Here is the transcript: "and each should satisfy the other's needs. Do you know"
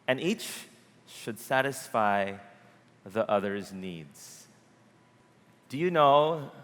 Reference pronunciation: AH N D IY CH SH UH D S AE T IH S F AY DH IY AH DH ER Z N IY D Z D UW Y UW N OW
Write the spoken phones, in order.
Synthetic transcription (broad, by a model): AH N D IY CH SH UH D S AE T IH S F AY DH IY AH DH ER Z N IY D Z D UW Y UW N OW